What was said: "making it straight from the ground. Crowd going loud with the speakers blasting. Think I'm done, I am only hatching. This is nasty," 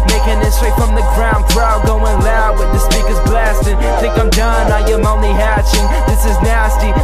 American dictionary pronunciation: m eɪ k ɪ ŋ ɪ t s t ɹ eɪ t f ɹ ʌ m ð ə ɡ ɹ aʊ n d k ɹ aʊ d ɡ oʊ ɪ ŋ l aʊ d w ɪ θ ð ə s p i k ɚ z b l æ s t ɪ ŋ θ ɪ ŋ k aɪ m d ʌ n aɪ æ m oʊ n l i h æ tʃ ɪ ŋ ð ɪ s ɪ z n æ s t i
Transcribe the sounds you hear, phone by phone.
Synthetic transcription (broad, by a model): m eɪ k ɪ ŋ ɪ t s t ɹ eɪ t f ɹ ʌ m ð ə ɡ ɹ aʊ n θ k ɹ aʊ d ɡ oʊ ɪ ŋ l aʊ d w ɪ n ð ə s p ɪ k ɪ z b l æ s t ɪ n θ ɪ ŋ k aɪ m d ʌ n aɪ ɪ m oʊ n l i h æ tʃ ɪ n ð ɪ s ɪ z n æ s t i